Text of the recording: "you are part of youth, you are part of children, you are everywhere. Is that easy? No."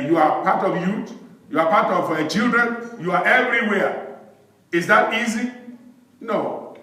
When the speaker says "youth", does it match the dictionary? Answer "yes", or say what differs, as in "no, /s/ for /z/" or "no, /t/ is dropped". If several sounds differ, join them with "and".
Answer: no, /t/ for /θ/